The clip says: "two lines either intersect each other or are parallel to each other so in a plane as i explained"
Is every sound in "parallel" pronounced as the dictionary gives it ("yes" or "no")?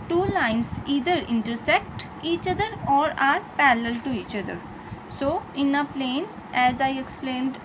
no